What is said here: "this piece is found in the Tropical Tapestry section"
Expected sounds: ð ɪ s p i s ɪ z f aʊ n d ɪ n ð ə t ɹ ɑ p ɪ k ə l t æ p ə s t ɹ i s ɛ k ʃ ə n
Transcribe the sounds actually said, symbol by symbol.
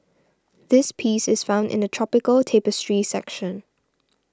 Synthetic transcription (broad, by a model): ð ɪ s p i s ɪ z f aʊ n d ɪ n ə t ɹ ɑ p ɪ k ə l t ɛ p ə s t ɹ i s ɛ k ʃ ə n